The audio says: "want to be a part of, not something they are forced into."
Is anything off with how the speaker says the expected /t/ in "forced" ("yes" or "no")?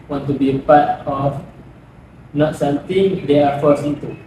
yes